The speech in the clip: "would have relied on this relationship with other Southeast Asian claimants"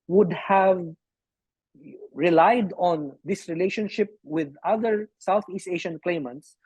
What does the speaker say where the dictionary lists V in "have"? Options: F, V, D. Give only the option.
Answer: V